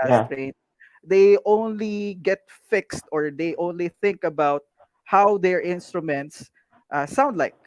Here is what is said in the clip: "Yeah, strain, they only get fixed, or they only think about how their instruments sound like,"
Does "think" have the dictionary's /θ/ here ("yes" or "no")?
yes